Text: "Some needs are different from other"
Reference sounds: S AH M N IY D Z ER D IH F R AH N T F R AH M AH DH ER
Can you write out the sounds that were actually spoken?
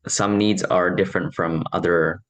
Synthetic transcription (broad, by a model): S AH M N IY D Z ER D IH F R AH N T F R AH M AH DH ER